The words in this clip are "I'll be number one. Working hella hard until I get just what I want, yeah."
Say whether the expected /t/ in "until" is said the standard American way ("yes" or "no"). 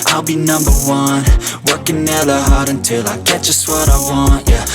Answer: yes